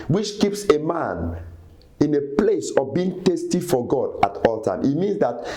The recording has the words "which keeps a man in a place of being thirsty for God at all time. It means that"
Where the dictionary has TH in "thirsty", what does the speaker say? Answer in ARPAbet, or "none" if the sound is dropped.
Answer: T